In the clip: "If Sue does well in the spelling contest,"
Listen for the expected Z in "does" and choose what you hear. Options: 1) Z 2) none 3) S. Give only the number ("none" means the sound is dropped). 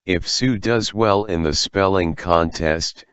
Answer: 1